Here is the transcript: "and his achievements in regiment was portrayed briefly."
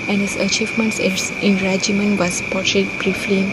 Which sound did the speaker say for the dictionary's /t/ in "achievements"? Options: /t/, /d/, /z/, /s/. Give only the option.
/s/